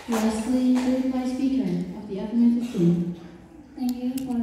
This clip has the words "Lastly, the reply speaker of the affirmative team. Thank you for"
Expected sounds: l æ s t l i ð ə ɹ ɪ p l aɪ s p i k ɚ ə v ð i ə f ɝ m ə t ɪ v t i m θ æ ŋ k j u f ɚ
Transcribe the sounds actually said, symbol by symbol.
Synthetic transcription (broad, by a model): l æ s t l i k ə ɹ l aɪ s p i k ɚ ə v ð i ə p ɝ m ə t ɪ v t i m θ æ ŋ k j u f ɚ